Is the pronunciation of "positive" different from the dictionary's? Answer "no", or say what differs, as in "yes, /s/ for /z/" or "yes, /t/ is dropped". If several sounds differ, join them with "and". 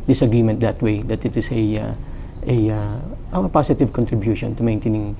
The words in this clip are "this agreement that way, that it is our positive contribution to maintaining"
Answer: yes, /s/ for /z/